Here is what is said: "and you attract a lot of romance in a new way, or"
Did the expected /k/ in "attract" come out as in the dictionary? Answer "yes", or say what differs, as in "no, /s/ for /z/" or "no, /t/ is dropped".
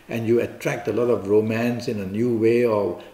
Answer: yes